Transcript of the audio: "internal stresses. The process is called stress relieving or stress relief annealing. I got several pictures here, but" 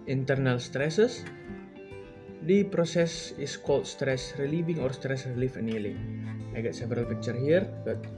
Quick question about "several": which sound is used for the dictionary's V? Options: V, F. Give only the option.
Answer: V